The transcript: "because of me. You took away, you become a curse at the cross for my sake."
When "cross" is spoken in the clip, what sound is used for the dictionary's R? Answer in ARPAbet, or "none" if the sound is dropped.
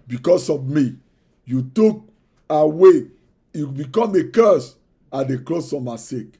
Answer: L